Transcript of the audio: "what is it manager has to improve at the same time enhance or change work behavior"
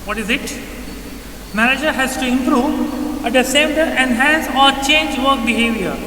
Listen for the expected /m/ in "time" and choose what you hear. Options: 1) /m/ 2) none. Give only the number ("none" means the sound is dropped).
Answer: 2